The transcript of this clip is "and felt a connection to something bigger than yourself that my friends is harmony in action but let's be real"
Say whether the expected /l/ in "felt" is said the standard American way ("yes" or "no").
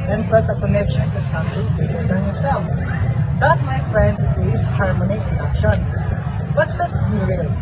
no